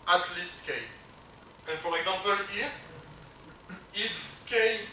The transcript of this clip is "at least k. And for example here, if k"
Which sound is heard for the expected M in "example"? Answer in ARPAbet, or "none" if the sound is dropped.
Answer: none